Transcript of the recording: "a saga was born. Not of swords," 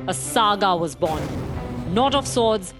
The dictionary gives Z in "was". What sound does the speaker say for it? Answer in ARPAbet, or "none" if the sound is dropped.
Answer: Z